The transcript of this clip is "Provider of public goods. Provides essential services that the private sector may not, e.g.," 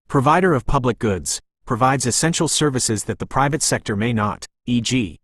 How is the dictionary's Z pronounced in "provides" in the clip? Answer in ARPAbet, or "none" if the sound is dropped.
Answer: Z